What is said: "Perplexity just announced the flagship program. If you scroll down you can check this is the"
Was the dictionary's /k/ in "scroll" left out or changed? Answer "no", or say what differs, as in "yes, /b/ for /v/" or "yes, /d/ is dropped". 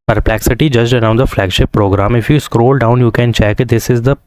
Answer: no